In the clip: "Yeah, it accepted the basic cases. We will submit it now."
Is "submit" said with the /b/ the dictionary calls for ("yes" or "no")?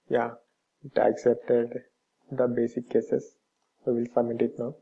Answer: no